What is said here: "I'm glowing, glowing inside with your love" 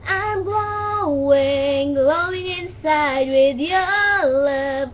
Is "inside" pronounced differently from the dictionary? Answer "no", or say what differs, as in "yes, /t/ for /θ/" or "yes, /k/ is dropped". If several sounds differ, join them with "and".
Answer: no